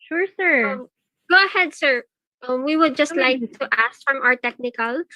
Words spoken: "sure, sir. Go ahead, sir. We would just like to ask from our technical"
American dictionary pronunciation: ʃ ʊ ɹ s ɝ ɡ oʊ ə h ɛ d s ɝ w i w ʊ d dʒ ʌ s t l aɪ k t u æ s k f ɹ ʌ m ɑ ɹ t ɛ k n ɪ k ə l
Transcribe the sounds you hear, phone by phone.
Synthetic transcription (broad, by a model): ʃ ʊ ɹ s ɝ ɡ oʊ ə h ɛ d s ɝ w i w ʊ d dʒ ʌ s t l aɪ k t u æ s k f ɹ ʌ m ɑ ɹ t ɛ k n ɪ k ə l